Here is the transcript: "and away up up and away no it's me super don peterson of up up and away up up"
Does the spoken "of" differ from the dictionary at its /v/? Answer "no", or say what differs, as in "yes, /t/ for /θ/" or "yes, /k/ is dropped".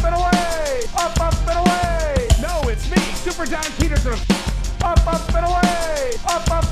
yes, /p/ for /v/